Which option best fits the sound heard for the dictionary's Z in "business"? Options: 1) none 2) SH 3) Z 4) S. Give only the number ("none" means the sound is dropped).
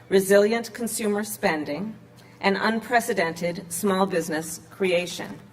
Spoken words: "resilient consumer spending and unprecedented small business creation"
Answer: 3